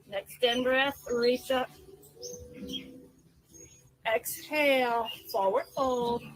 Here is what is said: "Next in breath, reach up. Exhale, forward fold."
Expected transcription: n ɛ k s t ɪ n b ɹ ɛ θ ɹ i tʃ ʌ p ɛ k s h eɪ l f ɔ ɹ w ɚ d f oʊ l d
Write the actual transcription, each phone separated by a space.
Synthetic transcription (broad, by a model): n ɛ k s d ɪ n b ɹ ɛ s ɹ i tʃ ʌ p ɛ k s h eɪ l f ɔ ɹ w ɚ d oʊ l